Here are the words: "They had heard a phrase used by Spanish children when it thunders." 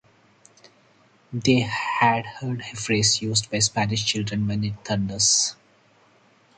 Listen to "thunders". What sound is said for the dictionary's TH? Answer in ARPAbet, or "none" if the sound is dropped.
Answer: T